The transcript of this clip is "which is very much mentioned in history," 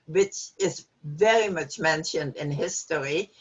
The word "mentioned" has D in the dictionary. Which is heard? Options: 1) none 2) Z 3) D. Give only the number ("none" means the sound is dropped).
3